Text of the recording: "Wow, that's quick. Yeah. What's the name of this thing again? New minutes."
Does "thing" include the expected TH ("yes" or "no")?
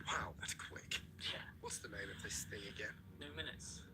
no